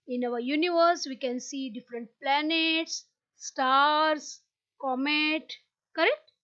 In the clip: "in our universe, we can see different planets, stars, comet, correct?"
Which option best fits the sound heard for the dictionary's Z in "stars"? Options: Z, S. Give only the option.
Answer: S